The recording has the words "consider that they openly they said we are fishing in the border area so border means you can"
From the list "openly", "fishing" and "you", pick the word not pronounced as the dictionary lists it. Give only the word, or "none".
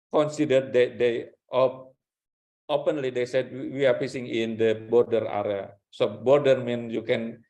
fishing